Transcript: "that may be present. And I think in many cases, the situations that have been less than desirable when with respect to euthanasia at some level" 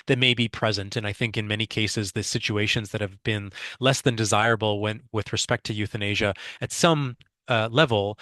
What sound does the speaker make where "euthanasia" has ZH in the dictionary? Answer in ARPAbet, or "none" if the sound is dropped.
ZH